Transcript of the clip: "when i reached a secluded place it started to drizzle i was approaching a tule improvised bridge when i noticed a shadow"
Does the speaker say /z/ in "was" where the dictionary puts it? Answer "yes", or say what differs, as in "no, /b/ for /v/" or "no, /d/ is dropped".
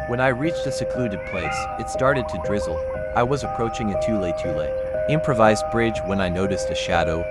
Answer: yes